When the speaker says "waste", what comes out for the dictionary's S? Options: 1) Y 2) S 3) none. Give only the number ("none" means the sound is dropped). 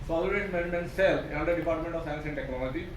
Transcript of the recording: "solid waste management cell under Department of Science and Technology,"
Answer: 3